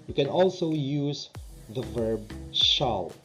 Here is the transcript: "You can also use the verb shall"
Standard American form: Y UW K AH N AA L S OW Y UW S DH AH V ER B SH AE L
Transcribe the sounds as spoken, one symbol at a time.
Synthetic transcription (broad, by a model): Y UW K AH N AA L S OW Y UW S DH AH V ER B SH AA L